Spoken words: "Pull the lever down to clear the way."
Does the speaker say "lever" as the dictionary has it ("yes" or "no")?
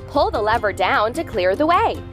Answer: yes